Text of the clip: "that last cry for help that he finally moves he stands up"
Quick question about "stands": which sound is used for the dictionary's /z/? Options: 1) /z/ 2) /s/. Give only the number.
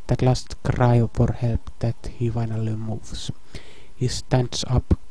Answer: 2